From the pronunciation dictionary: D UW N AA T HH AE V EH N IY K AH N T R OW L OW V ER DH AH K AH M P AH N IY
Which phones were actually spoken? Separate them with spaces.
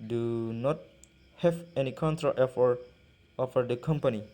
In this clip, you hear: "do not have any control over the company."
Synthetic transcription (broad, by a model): D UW N AA T HH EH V EH N IY K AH N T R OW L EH F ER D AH K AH M P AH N IY